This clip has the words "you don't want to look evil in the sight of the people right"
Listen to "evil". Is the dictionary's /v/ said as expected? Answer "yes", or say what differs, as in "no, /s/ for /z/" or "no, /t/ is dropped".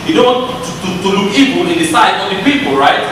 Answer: no, /b/ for /v/